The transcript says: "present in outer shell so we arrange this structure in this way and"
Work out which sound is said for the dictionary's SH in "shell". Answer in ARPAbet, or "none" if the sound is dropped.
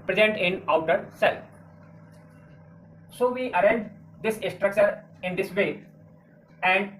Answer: S